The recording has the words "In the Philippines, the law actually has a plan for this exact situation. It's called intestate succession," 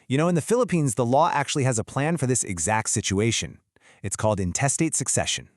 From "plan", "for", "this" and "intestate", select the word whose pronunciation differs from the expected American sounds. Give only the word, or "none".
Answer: none